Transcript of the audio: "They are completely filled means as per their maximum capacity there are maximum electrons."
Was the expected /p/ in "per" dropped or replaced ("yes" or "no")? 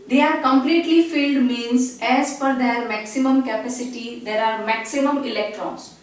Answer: yes